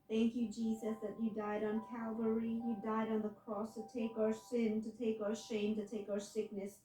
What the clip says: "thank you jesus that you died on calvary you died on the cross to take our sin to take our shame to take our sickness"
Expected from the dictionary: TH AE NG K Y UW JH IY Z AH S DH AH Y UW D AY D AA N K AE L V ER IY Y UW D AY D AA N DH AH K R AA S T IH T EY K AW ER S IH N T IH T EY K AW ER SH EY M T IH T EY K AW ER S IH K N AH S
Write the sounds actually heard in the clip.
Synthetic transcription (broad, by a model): TH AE NG K Y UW JH IY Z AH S DH AH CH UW D AY D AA N K AE L V ER IY Y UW D AY D N DH AH K R AA S T IH T EY K AW ER S IH N T IH T EY K AW ER SH EY M T IH T EY K AW ER S IH K N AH S